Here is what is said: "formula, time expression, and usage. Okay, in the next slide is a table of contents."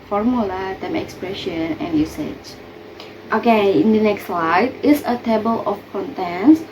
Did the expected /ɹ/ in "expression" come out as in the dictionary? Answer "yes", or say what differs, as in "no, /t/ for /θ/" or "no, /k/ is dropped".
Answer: yes